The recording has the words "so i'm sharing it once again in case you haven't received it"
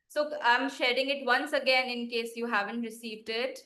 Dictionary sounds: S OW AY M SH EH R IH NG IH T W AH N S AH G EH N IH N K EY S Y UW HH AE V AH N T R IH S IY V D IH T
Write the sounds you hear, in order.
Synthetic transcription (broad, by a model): S OW AY M SH EH R IH NG IH T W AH N S AH G EH N IH N K EY S Y UW HH AE V AH N T R IH S IY V D IH T